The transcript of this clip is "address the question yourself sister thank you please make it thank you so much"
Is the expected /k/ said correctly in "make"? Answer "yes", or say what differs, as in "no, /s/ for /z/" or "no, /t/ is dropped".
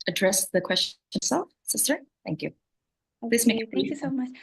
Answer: no, /k/ is dropped